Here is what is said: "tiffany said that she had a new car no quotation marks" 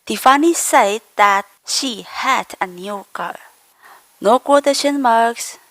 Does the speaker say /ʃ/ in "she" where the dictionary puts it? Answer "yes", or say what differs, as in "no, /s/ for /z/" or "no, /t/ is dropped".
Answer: yes